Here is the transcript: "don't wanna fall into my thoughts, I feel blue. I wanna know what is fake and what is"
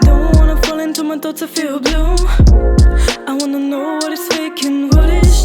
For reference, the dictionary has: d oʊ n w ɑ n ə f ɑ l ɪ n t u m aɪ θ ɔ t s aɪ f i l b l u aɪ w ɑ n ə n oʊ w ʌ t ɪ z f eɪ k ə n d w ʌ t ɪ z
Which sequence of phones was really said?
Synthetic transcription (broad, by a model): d oʊ n w ɑ n ə f ɑ l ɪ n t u m aɪ t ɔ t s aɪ f i l b l u aɪ w ɑ n ə n oʊ w ʌ t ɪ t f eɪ k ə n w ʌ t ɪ